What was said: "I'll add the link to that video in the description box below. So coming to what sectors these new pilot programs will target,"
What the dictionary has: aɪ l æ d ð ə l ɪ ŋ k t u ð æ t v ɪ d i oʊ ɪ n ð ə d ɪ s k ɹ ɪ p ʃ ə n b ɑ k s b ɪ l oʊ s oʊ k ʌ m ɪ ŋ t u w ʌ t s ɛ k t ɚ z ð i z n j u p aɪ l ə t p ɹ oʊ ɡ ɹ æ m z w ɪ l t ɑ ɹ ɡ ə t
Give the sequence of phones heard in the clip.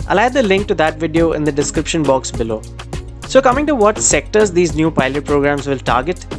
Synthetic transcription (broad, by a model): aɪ l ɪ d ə l ɪ ŋ k t u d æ t v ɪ d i oʊ ɪ n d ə d ɪ s k ɹ ɪ p ʃ ə n b ɑ k s b ɪ l oʊ s oʊ k ʌ m ɪ ŋ t u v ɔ t s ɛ k t ɚ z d i z n j u p aɪ l ə t p ɹ oʊ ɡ ɹ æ m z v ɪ l t ɑ ɹ ɡ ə t